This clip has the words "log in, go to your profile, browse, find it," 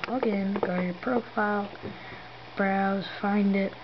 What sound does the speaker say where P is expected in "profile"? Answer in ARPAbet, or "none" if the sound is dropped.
P